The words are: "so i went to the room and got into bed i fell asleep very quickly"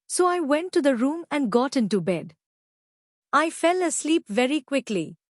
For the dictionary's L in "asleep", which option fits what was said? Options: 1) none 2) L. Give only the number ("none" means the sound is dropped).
2